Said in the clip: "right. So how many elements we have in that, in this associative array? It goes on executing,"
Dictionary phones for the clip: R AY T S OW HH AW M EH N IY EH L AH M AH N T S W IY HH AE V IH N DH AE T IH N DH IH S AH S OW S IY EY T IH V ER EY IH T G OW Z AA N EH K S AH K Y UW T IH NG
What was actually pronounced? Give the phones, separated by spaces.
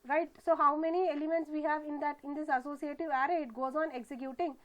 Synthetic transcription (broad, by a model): R AY T S OW HH AW M EH N IY EH L AH M AH N T S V IY HH AE V IH N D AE T IH N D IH S AH S OW S IY EY T IH V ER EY IH T G OW Z AA N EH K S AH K Y UW T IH NG